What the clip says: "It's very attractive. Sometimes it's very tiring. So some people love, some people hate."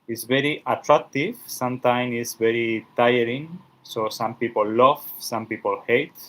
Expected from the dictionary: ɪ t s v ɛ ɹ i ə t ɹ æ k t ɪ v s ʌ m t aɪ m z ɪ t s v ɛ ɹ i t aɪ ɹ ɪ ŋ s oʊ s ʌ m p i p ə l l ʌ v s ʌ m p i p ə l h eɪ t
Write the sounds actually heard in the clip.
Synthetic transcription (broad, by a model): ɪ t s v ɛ ɹ i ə t ɹ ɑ k t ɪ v s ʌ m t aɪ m ɪ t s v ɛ ɹ i t aɪ ɹ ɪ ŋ s oʊ s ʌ m p i p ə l l ʌ v s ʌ m p i p ə l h eɪ t